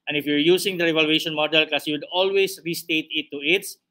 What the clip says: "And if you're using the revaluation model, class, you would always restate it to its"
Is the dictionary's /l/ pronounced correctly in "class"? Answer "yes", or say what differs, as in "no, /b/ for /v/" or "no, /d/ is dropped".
no, /l/ is dropped